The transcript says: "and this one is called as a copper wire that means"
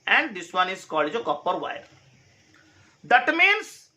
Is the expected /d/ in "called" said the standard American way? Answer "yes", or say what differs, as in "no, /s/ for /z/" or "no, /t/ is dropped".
no, /d/ is dropped